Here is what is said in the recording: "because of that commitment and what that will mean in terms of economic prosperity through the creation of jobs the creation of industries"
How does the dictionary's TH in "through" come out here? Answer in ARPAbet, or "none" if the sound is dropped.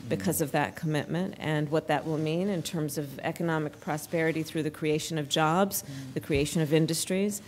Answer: TH